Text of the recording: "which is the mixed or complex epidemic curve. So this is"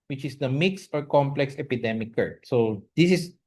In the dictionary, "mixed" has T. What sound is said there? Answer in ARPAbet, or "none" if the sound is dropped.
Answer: T